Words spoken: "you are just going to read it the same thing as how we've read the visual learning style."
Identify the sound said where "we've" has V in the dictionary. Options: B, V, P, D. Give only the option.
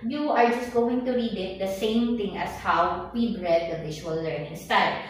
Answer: B